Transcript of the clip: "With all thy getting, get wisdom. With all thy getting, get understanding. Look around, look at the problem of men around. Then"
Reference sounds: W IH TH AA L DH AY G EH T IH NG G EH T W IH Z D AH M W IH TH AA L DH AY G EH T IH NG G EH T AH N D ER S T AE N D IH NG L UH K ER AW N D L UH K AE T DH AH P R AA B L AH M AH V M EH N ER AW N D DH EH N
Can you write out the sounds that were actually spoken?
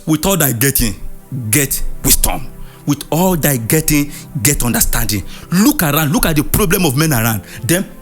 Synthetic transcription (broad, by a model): W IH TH AA L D AY G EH T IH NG G EH T W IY S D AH M W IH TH AA L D AY G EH T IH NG G EH T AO N D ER S T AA N D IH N L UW K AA AW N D L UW K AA T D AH P R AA B L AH M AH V M EH N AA AW N D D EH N